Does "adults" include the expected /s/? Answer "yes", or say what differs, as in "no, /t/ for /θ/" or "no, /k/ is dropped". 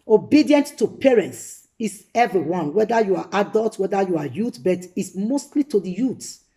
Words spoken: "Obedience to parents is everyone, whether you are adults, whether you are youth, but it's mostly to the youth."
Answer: no, /s/ is dropped